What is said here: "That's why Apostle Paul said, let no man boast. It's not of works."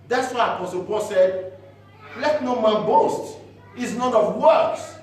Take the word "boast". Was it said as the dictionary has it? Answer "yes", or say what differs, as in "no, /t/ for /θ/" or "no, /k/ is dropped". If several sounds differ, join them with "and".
yes